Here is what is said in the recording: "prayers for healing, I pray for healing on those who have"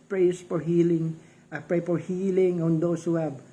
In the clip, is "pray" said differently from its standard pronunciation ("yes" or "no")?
no